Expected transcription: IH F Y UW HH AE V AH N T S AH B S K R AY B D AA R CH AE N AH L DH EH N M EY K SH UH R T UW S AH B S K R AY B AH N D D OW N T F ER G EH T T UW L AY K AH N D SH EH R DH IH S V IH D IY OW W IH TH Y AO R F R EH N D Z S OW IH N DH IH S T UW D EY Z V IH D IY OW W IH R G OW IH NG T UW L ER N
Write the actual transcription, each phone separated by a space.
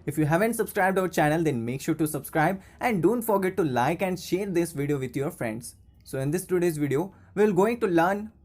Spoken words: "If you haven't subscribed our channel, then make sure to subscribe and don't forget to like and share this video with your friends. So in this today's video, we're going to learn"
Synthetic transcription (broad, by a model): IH F Y UW HH AE V AH N T S AH B S K R AY B D AA R CH AE N AH L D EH N M EY K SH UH R T UW S AH B S K R AY B AH N D D OW N T F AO G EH T T UW L AY K AH N D SH EH R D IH S V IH D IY OW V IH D Y AO R F R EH N D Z S OW IH N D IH S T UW D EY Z V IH D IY OW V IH L G OW IH NG T UW L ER N